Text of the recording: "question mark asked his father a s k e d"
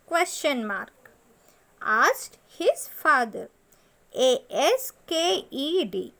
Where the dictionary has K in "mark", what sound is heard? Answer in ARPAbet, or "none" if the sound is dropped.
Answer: K